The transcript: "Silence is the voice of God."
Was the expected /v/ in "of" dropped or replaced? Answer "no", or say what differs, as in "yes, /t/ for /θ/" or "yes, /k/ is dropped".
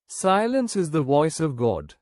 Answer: no